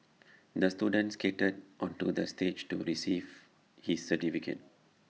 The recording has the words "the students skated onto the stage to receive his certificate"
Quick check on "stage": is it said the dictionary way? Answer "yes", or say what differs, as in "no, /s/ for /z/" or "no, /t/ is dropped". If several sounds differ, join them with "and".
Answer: yes